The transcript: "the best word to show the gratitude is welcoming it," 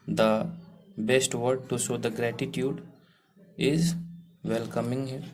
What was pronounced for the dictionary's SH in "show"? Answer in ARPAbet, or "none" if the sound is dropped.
S